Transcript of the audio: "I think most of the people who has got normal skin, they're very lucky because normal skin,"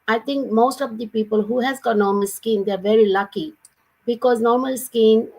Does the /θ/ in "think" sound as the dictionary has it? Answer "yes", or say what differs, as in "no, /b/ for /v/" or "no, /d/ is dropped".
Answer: no, /t/ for /θ/